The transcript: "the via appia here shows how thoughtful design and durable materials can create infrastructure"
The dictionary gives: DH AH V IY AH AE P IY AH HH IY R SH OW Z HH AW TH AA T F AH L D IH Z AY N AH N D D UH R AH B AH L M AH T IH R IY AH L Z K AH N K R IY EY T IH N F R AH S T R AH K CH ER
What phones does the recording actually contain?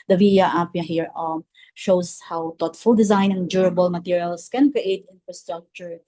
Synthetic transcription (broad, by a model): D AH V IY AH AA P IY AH HH IY R SH OW S HH AW T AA T F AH L D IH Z AY N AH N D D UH R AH B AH L M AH T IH R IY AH L S K AH N K R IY EY T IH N F R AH S T R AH K CH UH